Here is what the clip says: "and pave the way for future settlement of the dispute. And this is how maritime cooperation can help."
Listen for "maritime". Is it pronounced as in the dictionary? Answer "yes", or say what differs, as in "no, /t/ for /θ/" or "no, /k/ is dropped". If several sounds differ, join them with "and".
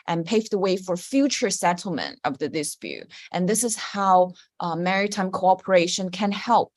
yes